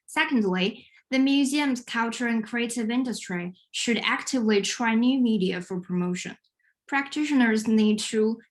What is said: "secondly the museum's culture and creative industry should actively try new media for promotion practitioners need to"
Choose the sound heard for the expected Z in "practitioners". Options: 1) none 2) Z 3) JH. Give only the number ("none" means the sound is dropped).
2